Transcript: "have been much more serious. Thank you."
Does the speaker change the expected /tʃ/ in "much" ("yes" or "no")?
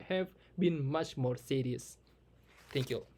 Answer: no